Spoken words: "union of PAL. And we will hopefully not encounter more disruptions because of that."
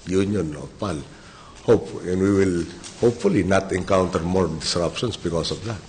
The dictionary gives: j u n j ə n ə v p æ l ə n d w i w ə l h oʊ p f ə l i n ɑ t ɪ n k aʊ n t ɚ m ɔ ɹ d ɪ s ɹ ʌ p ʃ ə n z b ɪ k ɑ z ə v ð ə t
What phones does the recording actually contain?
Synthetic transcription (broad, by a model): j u n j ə n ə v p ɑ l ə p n w i w ə l h oʊ p f ə l i n ɑ t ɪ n k aʊ n t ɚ m ɔ ɹ d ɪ s ɹ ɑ p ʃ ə n s b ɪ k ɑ s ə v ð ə t